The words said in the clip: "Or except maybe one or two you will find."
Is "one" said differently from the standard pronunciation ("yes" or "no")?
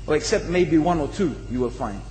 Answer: no